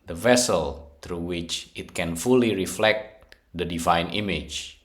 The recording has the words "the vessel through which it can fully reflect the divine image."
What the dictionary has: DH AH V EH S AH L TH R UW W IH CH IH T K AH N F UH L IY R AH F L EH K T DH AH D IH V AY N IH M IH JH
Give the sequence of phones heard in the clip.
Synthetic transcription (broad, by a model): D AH V EH S AH L T R UW W IH CH IH T K AH N F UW L IY R AH F L EH K T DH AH D IH V AY N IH M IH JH